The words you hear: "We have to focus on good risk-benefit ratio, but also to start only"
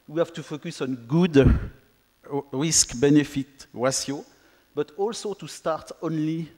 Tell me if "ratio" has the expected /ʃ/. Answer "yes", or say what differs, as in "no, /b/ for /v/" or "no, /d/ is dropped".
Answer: no, /s/ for /ʃ/